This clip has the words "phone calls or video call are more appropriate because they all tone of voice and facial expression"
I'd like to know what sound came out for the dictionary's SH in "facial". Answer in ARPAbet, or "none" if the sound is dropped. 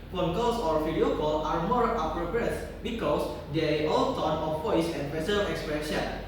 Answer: S